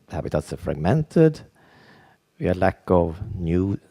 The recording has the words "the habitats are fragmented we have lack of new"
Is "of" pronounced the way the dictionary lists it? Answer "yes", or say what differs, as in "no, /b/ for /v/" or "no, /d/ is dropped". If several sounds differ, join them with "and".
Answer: yes